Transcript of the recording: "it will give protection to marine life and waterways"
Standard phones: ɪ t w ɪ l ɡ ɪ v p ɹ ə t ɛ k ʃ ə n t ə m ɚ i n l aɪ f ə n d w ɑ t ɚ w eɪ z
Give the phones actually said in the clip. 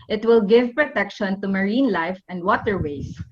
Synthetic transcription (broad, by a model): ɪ t w ɪ l ɡ ɪ v p ɹ ə t ɛ k ʃ ə n t ə m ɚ i n l aɪ f ə n d w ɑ t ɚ w eɪ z